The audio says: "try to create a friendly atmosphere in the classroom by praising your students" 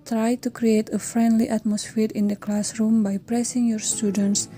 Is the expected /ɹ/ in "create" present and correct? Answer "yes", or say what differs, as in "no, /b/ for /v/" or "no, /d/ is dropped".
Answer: yes